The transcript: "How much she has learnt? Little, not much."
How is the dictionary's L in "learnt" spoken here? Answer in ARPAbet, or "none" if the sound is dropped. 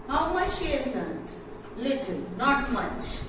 N